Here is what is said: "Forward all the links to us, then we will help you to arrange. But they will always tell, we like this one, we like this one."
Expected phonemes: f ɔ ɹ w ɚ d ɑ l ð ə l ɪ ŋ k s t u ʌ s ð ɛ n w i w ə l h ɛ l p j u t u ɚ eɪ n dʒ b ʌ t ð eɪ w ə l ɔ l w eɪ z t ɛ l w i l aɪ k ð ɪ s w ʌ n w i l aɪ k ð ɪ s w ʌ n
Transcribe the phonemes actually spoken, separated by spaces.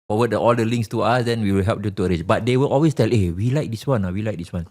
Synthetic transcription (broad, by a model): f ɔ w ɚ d ɑ l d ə l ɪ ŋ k s t u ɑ s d ɛ n w i w ə l h ɛ l p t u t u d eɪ dʒ b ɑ t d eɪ w ə l ɔ l w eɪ s t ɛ l w i l aɪ k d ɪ s w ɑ n w i l aɪ k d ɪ s w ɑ n